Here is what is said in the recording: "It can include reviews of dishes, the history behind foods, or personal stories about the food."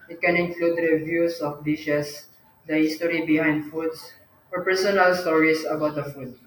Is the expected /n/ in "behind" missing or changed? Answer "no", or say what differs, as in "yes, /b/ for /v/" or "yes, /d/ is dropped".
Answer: no